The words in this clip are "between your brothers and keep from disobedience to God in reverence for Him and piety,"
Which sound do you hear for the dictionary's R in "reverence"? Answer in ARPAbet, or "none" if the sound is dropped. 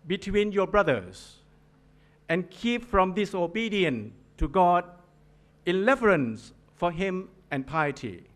L